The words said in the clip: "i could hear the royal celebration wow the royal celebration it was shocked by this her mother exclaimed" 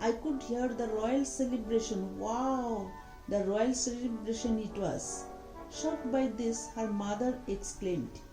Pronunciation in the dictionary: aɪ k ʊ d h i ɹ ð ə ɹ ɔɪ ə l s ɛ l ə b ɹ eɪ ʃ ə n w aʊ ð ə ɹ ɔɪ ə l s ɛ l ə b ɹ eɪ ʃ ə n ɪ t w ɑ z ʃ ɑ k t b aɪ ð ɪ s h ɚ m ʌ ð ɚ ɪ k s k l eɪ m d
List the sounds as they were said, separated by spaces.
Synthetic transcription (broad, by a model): aɪ k ʊ d h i ɹ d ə ɹ ɔɪ ə l s ɛ l ə b ɹ eɪ ʃ ə n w aʊ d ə ɹ ɔɪ ə l s ɛ l ə b ɹ eɪ ʃ ə n ɪ t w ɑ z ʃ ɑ t b aɪ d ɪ s h ɚ m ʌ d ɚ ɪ k s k l eɪ m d